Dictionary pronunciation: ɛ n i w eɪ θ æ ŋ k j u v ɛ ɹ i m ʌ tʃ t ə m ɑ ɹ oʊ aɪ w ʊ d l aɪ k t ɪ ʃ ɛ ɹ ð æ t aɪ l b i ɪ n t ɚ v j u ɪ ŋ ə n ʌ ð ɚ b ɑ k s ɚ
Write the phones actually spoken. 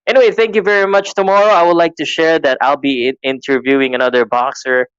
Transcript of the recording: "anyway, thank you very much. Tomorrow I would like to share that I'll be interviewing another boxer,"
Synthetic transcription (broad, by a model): ɛ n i w eɪ θ æ ŋ k j u v ɛ ɹ i m ʌ tʃ t ə m ɑ ɹ oʊ aɪ w ʊ d l aɪ k t ɪ ʃ ɛ ɹ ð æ t aɪ l b i ɪ n t ɚ v j u ɪ ŋ ə n ʌ ð ɚ b ɑ k s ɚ